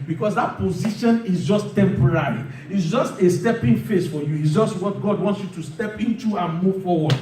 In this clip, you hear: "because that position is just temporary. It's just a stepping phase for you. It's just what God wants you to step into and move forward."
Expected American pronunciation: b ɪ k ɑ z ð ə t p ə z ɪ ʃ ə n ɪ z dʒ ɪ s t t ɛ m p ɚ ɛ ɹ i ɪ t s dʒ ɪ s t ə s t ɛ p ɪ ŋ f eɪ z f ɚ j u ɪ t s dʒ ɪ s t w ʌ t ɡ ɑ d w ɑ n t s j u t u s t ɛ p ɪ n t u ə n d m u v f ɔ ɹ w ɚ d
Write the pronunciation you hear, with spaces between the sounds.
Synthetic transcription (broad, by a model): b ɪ k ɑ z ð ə t p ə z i ʃ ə n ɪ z dʒ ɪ s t t ɛ m p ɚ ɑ ɹ i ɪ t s dʒ ɪ s t ə s t ɛ p ɪ ŋ f eɪ s f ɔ j u ɪ t s dʒ ɪ s t w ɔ t ɡ ɑ d w ɑ n t s j u t u s t ɛ p ɪ n t u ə n m u v f ɔ w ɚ d